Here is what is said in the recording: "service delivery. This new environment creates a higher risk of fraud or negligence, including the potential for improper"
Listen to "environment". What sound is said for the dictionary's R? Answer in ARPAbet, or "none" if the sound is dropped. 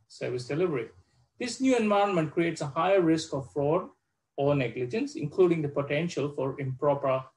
none